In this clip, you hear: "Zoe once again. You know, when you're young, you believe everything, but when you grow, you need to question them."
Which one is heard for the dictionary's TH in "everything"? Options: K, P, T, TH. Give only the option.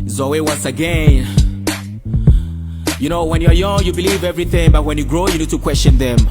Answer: TH